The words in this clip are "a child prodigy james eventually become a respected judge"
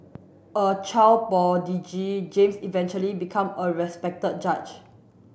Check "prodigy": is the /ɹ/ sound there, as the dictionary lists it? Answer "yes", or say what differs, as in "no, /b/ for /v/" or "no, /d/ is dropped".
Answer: no, /ɹ/ is dropped